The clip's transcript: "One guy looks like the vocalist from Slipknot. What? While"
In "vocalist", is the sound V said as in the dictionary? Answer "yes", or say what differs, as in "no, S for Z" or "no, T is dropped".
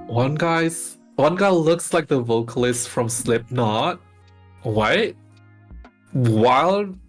yes